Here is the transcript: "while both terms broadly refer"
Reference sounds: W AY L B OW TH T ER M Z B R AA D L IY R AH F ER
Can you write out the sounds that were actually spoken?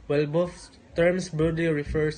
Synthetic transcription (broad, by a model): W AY L B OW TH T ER M S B AA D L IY R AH F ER